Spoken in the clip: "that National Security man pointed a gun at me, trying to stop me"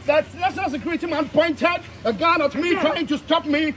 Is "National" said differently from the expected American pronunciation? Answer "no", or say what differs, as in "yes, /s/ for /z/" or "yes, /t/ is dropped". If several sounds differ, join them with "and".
yes, /s/ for /ʃ/